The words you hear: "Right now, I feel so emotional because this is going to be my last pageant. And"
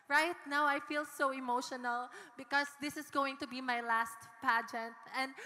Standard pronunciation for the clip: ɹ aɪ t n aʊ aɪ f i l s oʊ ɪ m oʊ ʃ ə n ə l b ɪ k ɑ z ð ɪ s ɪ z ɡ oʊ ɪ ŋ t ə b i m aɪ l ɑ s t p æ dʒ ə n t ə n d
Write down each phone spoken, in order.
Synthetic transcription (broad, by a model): ɹ aɪ t n aʊ aɪ f i l s oʊ ɪ m oʊ ʃ ə n ə l b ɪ k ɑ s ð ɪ s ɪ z ɡ oʊ ɪ ŋ t ə b i m aɪ l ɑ s t p æ dʒ ə n t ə n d